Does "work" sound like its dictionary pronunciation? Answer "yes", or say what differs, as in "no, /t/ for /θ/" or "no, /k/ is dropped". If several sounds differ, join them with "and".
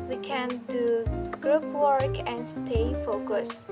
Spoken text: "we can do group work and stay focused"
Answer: yes